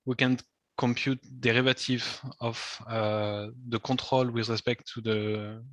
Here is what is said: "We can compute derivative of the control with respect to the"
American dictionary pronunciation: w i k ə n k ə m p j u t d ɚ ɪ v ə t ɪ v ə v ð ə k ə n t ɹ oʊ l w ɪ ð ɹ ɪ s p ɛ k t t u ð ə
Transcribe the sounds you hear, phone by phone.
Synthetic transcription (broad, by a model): w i k ə n k ə m p j u t d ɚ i v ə t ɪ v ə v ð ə k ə t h oʊ l w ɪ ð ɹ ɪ s p ɛ k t t u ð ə